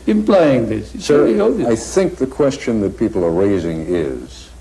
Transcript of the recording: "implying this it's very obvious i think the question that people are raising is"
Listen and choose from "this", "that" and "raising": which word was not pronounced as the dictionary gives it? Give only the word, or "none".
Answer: none